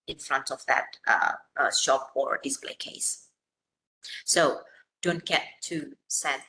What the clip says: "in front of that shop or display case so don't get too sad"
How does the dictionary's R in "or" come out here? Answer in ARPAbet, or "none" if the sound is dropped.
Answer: R